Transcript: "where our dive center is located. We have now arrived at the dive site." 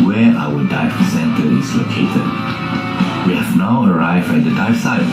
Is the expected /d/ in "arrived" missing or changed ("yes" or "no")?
yes